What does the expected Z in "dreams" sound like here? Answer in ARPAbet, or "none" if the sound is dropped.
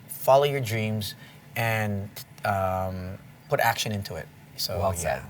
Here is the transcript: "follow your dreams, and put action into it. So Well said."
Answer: Z